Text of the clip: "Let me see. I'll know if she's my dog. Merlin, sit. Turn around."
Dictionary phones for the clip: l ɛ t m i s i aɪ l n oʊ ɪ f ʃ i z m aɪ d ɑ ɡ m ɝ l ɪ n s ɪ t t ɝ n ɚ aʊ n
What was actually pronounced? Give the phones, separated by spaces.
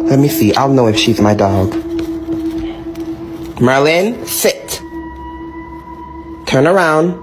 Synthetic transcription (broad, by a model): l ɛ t m i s i aɪ l n oʊ ɪ f ʃ i z m aɪ d ɑ ɡ m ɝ l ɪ n s ɪ t t ɝ n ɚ aʊ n